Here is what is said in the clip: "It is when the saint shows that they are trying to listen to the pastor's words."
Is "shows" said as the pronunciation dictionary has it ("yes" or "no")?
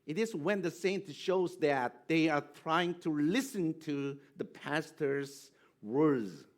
yes